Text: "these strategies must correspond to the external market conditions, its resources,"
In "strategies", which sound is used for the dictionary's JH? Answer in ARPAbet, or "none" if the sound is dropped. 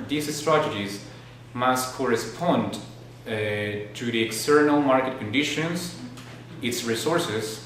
JH